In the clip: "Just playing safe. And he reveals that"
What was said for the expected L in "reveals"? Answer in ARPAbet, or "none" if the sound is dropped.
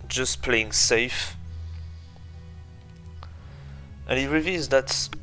none